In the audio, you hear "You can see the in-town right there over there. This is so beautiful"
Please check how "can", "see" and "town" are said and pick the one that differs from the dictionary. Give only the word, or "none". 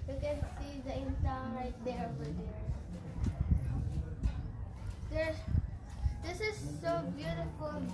town